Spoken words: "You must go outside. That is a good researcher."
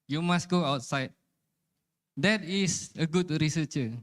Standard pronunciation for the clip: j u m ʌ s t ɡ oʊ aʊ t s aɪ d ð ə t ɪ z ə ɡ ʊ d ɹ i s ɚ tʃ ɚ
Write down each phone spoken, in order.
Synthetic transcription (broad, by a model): j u m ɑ s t ɡ oʊ aʊ t s aɪ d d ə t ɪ s ə ɡ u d ɹ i s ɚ tʃ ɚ